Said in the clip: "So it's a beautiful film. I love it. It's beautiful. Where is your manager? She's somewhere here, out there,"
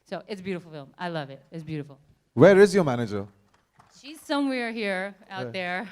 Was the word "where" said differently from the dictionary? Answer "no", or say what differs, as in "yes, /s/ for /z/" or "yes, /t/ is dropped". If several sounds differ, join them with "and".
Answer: no